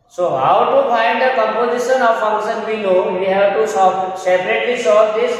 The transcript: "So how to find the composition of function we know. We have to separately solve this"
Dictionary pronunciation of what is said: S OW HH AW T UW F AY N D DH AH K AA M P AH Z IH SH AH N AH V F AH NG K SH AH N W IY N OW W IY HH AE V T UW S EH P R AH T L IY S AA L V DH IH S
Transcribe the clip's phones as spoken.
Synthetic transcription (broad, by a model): S OW HH AW T UW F AY N D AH K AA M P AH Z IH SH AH N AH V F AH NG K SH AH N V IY L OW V IY HH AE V T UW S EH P R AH T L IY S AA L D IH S